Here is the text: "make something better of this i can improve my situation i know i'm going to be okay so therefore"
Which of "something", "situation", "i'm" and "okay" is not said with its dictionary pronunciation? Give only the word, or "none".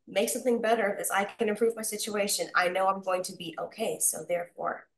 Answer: none